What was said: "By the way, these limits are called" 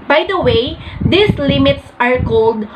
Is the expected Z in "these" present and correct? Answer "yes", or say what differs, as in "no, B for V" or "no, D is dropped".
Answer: no, S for Z